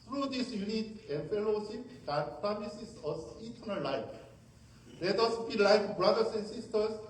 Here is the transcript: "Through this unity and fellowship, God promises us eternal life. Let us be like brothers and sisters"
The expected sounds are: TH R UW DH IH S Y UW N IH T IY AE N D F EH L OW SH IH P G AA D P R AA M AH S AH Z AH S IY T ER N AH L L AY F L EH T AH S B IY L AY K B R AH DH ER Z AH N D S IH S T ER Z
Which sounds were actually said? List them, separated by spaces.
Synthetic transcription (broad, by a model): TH R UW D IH S Y UW N IH T IY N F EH L OW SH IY P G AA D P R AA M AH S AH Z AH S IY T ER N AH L L AY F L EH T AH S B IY L AY K B R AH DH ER S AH N S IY S T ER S